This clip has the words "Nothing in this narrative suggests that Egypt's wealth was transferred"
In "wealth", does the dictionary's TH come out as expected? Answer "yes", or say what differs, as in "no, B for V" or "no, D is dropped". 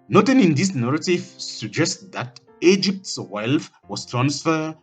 no, F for TH